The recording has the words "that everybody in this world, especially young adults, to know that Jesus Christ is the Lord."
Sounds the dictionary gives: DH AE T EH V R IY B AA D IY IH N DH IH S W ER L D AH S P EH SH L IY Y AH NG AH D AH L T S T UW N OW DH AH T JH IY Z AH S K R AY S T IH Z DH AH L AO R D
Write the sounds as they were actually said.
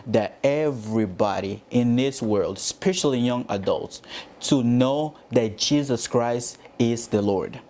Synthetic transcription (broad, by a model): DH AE T EH V R IY B AA D IY IH N DH IH S W ER L D S P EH SH L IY Y AH NG AH D AH L T S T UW N OW DH AH T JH IY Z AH S K R AY S T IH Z DH AH L AO R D